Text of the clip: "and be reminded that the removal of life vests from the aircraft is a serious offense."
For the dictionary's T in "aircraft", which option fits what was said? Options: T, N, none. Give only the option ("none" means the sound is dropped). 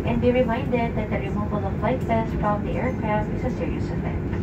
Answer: none